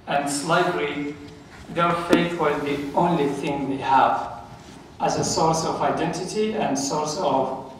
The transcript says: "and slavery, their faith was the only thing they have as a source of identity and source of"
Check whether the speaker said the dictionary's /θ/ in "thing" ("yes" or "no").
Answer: yes